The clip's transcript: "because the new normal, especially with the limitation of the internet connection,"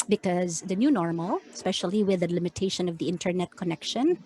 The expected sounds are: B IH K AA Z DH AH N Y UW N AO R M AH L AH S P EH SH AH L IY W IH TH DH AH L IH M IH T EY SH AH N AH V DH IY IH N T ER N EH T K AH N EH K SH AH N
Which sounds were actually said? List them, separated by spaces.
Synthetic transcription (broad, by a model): B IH K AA Z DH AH N Y UW N AO R M AH L S P EH SH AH L IY W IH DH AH L IH M IH T EY SH AH N AH V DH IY IH N T ER N EH T K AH N EH K SH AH N